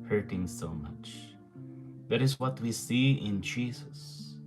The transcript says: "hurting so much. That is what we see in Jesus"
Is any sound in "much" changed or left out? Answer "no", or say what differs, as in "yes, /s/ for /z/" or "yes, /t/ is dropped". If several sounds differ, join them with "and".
no